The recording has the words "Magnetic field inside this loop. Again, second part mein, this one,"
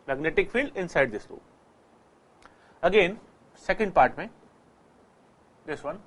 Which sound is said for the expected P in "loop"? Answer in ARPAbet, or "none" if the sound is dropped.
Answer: none